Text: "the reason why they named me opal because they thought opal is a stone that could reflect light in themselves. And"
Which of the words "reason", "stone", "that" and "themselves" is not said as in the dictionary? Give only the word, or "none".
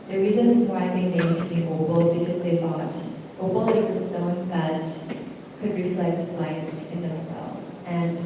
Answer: none